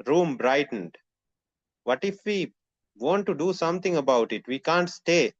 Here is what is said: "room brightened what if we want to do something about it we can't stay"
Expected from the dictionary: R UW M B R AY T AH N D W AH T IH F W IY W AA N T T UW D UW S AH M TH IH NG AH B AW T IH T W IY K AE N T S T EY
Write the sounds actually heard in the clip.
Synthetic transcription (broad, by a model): R UW M B R AY T AH N D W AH T IH F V IY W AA N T T UW D UW S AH M T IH NG AH B AW T IH T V IY K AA N T S T EY